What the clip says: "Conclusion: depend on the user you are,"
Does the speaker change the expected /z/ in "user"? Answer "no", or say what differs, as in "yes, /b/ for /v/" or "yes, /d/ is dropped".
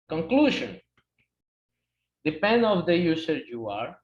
yes, /s/ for /z/